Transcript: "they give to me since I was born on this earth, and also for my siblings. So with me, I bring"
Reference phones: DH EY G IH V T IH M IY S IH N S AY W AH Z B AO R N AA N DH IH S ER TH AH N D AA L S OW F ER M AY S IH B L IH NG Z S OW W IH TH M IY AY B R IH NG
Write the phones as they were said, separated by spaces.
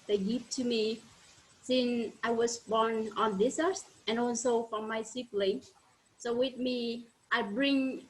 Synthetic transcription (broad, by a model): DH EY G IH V T IH M IY S IH N S AY W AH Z B AO R N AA N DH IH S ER S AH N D AA L S OW F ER M AY S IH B L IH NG S OW W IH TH M IY AY B R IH NG